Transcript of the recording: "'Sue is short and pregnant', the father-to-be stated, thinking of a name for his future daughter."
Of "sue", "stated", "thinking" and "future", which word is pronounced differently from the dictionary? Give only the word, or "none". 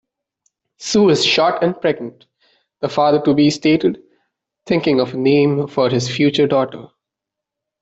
thinking